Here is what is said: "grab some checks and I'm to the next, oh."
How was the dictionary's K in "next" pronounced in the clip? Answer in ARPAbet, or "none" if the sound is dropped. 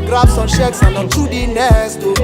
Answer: none